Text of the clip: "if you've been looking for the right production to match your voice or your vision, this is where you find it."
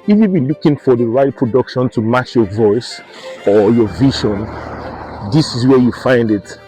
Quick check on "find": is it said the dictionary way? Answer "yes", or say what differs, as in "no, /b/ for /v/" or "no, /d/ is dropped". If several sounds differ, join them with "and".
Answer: yes